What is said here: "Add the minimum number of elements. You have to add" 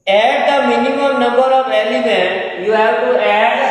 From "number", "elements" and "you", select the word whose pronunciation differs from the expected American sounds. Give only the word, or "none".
elements